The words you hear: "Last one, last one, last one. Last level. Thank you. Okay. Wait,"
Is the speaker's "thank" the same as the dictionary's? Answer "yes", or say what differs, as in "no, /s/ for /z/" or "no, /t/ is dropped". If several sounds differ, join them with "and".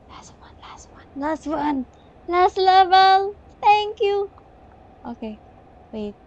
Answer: no, /t/ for /θ/